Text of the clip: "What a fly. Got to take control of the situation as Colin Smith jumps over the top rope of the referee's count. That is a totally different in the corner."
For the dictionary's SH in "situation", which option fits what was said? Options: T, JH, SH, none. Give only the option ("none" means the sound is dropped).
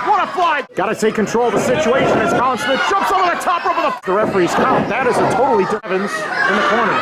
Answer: SH